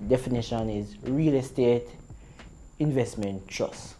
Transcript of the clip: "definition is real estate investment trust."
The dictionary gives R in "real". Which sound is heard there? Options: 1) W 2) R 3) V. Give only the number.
2